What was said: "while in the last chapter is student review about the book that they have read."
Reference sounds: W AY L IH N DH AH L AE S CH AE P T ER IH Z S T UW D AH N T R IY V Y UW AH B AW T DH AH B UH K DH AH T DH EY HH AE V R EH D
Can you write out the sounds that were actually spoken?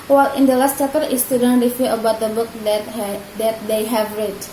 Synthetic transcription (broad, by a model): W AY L IH N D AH L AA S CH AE T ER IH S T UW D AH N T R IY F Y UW AH B AW T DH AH B UH K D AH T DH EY HH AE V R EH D